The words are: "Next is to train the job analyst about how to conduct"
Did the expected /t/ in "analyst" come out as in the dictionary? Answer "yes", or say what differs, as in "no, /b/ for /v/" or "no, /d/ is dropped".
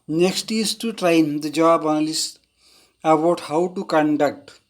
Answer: no, /t/ is dropped